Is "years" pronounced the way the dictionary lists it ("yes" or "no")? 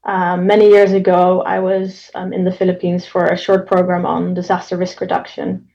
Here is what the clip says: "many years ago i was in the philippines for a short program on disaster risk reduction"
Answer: yes